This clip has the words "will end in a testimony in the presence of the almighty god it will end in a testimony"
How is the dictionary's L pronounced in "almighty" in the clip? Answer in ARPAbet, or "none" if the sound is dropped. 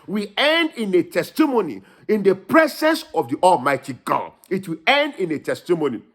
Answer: L